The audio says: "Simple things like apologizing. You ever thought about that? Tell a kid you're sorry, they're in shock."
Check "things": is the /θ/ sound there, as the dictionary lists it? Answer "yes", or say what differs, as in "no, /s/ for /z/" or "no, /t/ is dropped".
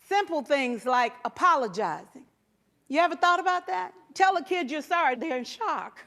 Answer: yes